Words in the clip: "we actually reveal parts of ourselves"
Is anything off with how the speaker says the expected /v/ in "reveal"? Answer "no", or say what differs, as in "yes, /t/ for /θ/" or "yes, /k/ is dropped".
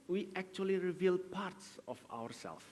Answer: no